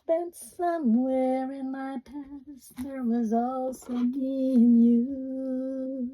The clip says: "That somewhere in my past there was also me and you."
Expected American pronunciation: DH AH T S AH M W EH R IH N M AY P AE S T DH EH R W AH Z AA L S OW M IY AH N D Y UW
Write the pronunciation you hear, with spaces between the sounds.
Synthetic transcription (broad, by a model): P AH T S AH M W EH R IH N M AY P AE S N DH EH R W AH Z AA L S OW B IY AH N Y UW